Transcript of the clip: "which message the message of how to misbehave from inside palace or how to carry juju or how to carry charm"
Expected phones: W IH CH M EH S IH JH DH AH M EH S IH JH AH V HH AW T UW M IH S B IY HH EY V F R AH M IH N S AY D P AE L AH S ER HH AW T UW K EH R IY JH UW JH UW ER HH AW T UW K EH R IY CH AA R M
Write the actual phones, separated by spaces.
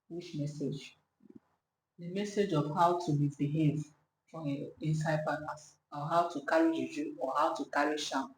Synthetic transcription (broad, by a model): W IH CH M EH S IH JH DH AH M EH S IH JH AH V HH AW T UW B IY B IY HH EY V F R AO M IH N S AY D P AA N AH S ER HH AW T UW K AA R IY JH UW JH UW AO HH AW T UW K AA R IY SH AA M